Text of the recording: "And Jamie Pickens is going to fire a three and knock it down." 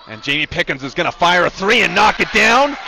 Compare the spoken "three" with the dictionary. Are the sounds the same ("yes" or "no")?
yes